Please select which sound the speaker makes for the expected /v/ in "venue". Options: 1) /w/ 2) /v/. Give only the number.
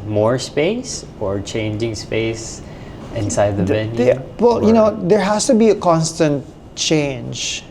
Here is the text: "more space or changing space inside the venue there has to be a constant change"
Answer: 1